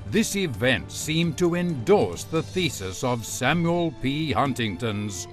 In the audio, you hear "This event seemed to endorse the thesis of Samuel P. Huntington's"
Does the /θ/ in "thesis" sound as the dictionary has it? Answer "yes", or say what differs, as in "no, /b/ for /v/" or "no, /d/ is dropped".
yes